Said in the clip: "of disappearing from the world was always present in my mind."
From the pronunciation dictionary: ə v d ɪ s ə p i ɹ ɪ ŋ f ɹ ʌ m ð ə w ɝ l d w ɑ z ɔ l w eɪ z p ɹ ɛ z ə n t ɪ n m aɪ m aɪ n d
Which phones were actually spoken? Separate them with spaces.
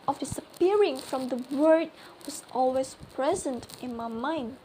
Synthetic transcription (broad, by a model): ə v d ɪ s ə p i ɹ ɪ ŋ f ɹ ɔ m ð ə w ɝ d w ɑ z ɔ l w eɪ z p ɹ ɛ z ə n t ɪ n m aɪ m aɪ n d